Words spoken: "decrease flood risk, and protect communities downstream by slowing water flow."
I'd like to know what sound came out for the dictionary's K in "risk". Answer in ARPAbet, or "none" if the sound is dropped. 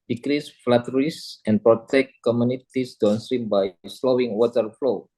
none